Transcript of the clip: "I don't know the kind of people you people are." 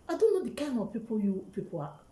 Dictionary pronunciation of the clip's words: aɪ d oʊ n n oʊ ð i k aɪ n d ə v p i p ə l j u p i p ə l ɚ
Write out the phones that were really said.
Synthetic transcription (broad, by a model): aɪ d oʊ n n oʊ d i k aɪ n ə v p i p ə j u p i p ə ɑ